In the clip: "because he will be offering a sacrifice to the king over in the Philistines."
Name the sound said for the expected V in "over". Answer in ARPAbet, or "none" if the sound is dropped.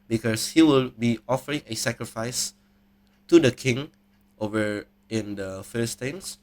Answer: V